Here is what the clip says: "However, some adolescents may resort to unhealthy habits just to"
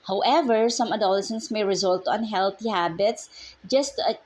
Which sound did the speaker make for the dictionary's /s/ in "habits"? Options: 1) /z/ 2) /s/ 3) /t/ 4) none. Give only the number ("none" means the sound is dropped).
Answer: 2